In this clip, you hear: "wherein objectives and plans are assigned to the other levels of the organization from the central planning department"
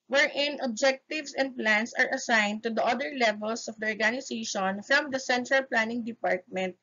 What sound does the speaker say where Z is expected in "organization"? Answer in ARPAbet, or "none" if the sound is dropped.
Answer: S